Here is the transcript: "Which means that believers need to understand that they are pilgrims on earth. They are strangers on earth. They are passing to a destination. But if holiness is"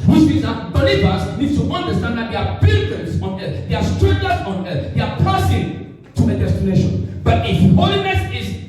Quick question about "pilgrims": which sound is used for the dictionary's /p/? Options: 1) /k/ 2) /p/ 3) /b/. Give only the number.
3